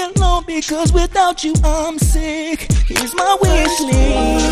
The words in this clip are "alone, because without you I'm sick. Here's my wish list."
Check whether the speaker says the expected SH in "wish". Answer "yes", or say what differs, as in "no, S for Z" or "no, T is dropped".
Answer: no, S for SH